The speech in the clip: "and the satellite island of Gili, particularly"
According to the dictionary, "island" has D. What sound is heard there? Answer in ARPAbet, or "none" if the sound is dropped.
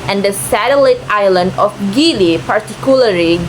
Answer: D